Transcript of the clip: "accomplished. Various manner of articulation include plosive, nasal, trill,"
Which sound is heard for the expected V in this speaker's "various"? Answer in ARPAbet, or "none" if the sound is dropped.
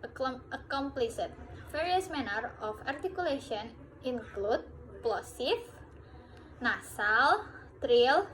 F